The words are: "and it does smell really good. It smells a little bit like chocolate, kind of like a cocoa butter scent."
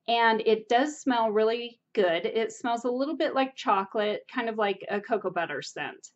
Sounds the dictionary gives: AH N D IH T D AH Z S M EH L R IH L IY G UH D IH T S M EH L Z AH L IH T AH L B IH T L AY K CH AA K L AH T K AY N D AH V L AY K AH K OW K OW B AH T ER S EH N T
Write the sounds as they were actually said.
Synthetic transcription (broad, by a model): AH N IH T D AH Z S M EH L R IH L IY G UH D IH T S M EH L Z AH L IH T L B IH T L AY K CH AA K L AH T K AY N D AH V L AY K AH K OW K OW B AH T ER S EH N T